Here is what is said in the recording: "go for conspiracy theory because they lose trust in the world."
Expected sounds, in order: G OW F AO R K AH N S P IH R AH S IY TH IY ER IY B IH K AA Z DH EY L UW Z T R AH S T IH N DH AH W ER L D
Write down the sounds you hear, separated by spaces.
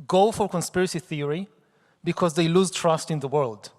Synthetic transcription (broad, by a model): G OW F AO R K AH N S P IH R AH S IY TH IY ER IY B IH K AA Z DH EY L UW Z T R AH S T IH N DH AH W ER L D